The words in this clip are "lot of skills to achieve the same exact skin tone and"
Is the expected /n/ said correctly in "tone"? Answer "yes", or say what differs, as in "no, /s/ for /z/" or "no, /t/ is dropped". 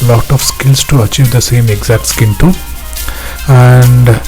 no, /n/ is dropped